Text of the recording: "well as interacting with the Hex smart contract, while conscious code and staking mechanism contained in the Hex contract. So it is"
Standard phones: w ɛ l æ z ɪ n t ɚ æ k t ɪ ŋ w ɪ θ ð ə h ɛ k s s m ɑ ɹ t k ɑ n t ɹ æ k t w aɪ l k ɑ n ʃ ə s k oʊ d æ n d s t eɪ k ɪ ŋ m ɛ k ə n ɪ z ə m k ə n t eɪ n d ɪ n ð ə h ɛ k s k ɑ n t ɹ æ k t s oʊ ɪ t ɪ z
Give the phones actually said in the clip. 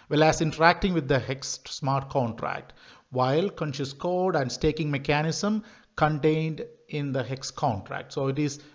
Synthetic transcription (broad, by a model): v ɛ l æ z ɪ n t ɚ æ k t ɪ ŋ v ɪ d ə h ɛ k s s m ɑ ɹ t k ɑ n t ɹ æ k t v aɪ l k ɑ n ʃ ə s k oʊ d æ n d s t eɪ k ɪ ŋ m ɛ k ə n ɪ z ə m k ə n t eɪ n d ɪ n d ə h ɛ k s k ɑ n t ɹ æ k t s oʊ ɪ t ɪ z